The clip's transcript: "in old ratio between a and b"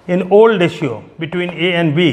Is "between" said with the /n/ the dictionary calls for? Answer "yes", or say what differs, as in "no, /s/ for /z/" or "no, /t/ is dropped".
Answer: yes